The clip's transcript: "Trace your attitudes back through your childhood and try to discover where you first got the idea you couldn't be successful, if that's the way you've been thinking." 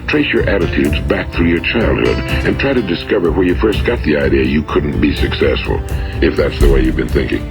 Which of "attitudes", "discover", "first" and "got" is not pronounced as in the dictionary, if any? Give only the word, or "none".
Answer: none